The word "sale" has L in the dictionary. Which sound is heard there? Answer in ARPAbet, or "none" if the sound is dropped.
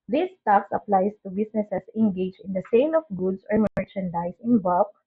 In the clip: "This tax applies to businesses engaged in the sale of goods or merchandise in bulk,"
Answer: N